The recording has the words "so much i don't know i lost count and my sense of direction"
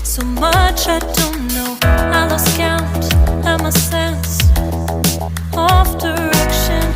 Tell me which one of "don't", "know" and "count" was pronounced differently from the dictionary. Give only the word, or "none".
count